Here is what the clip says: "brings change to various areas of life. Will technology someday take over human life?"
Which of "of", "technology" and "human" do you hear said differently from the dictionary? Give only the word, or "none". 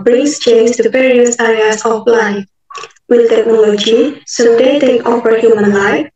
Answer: of